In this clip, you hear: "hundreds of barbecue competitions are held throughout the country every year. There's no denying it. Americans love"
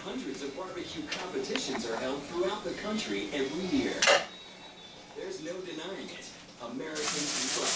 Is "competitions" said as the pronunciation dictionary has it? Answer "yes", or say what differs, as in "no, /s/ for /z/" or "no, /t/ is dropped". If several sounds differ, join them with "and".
yes